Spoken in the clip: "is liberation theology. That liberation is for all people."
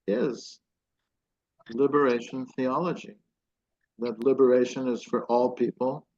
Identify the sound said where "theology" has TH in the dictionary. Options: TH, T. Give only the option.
TH